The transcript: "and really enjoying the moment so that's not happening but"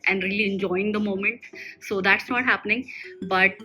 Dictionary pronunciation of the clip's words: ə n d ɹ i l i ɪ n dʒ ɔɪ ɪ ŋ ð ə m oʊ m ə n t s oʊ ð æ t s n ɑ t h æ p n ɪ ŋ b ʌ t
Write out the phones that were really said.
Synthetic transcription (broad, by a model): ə n d ɹ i l i ɪ n dʒ ɔɪ ɪ ŋ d ə m oʊ m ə n t s oʊ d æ t s n ɑ t h æ p n ɪ ŋ b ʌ t